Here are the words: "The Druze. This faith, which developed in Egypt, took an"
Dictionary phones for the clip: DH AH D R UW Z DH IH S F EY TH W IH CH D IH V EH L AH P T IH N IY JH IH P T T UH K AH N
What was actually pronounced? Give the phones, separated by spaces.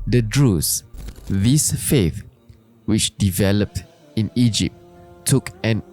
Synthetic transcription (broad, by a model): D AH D R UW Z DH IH S F EY TH W IH CH D IH V EH L AH P T IH N IY JH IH P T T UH K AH N